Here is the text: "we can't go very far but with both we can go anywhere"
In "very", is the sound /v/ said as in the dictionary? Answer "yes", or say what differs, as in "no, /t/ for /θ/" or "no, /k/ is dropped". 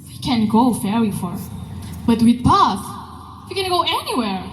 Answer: no, /f/ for /v/